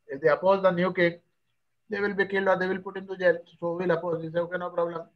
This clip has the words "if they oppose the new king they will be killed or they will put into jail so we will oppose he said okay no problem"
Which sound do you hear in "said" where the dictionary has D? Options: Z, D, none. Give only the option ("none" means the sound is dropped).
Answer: none